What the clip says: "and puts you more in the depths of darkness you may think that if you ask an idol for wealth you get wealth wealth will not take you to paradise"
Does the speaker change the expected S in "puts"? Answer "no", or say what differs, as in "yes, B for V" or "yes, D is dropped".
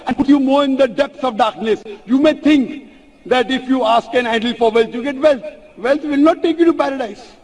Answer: yes, S is dropped